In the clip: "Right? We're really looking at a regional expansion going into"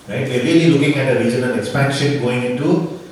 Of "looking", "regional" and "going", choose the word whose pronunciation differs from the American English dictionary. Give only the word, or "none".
regional